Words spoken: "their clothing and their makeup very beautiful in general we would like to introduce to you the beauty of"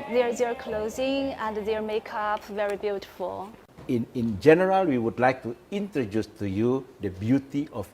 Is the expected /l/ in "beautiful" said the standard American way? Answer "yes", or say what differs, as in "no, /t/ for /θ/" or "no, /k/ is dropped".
no, /n/ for /l/